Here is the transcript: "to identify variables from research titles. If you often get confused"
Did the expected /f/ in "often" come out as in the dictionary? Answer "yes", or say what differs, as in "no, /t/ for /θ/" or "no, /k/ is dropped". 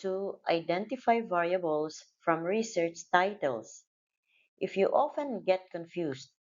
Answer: yes